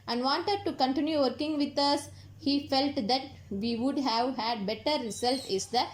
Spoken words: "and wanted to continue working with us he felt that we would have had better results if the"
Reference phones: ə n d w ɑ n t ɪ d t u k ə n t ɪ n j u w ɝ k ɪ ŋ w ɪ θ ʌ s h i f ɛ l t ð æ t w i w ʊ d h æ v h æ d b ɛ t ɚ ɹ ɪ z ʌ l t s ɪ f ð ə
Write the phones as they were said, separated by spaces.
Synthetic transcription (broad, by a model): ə n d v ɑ n t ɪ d t u k ə n t ɪ n j u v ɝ k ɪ ŋ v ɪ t ʌ s h i f ɛ l t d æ t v i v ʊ d h æ v h æ d b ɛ t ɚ ɹ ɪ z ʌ l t ɪ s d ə